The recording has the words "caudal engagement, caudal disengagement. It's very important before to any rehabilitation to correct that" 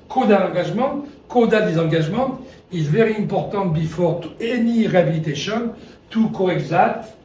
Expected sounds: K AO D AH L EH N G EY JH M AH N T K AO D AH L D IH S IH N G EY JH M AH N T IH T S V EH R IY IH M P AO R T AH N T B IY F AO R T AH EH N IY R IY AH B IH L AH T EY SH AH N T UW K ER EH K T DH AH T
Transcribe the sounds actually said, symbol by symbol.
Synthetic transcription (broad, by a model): K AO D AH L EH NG G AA ZH M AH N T K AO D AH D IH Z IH G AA ZH M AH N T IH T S V EH R IY IH M P AO R T AH N T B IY F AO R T EH N IY R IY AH B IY L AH T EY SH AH N T UW K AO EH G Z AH T